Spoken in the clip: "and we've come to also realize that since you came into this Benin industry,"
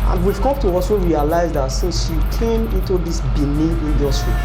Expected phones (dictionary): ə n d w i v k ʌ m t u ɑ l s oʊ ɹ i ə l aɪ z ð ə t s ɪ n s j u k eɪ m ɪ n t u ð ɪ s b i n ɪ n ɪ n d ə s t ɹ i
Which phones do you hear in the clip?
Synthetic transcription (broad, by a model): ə n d w i v k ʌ m t u ɑ l s oʊ ɹ i ə l aɪ z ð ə t s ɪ n s j u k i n ɪ n t u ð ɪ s b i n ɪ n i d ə s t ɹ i